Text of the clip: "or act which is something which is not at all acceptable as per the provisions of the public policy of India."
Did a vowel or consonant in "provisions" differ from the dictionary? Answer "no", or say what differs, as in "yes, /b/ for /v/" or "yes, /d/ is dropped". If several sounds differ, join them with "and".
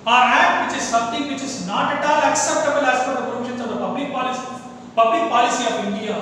yes, /s/ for /ʒ/